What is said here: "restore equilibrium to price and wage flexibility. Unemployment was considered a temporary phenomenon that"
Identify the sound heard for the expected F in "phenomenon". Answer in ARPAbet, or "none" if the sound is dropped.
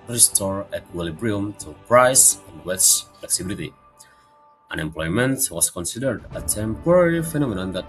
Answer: F